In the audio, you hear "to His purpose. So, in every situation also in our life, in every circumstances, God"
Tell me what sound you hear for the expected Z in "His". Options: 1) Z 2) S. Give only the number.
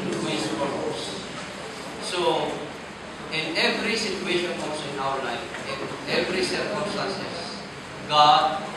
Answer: 2